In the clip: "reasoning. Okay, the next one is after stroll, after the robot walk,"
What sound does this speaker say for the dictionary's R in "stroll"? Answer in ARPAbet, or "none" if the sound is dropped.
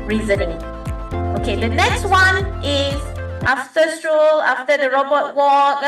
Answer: R